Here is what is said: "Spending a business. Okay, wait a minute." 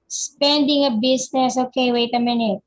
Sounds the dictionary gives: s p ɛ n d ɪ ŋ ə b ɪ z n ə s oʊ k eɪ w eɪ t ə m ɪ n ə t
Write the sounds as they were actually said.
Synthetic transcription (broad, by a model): s p ɛ n d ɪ ŋ ə b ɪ s n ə s oʊ k eɪ w eɪ t ə m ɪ n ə t